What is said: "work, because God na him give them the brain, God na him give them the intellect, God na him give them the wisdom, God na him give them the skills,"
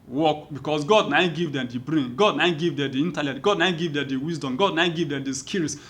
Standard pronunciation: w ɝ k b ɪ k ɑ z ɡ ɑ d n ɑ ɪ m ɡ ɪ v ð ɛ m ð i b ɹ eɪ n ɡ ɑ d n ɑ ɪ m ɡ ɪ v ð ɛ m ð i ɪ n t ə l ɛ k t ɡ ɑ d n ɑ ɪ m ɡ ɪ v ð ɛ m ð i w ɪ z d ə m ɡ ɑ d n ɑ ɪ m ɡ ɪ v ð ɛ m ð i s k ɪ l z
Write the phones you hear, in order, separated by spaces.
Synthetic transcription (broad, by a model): w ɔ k b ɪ k ɑ s ɡ ɑ d n ɑ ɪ ɡ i v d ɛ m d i b ɹ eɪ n ɡ ɑ d n ɑ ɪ ɡ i v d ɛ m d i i n t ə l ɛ t ɡ ɑ d n ɑ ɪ ɡ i v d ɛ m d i w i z d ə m ɡ ɑ d n ɑ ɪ ɡ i v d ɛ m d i s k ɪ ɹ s